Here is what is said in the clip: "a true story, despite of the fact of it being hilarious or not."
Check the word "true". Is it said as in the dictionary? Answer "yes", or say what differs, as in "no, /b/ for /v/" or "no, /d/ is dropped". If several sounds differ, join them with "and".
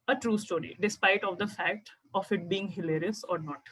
yes